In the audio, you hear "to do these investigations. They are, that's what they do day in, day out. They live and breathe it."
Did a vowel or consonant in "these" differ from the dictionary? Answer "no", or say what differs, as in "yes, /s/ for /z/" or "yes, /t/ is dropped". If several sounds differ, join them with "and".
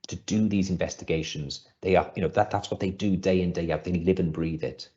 no